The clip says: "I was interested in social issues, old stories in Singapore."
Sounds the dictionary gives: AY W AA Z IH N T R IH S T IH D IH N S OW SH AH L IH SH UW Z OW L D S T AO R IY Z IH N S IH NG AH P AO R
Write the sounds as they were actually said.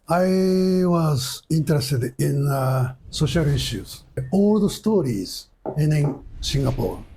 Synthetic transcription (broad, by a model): AY W AA Z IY N T R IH S T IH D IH N S OW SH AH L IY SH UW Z OW L D S T AO R IY Z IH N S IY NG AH P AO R